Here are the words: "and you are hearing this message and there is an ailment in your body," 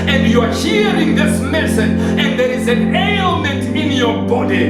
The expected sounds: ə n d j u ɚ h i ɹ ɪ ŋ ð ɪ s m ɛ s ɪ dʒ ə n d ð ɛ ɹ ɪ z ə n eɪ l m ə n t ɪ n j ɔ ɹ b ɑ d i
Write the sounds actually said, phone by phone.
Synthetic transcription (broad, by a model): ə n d j u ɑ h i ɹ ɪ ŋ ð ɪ s m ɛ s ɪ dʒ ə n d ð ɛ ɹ ɪ z ə n eɪ l m ə n t ɪ n j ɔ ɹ b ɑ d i